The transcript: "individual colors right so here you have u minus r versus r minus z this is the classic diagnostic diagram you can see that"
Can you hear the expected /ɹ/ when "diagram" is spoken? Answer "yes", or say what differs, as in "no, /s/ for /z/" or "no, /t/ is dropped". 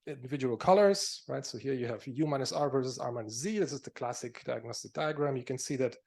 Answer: yes